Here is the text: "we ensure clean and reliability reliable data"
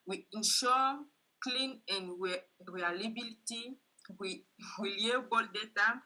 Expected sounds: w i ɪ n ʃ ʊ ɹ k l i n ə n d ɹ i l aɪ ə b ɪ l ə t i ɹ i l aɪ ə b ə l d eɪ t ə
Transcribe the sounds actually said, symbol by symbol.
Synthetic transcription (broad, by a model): w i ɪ n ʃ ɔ k l i n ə n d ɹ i l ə b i l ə t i w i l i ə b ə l d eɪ t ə